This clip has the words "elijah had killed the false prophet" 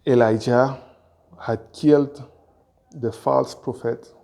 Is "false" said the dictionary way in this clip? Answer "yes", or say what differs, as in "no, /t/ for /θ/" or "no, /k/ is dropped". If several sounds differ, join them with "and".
yes